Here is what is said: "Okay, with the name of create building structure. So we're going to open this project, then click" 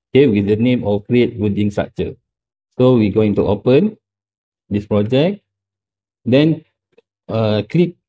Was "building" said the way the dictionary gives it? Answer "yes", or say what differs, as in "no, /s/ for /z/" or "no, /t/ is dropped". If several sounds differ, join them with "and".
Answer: no, /l/ is dropped